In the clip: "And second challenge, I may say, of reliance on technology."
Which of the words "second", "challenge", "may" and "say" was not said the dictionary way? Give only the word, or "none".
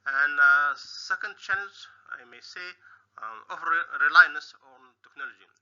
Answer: challenge